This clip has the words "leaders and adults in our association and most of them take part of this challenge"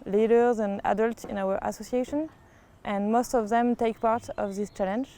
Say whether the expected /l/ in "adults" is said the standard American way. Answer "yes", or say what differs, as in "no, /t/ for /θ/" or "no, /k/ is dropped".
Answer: yes